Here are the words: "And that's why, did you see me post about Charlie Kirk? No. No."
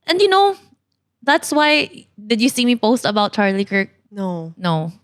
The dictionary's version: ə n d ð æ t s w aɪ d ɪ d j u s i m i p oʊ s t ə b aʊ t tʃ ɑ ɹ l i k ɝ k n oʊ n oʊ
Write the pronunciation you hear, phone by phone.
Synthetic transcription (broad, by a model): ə n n ð æ t s w aɪ d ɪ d j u s i m i p oʊ s t ə b aʊ t tʃ ɑ ɹ l i k ɝ k n oʊ n oʊ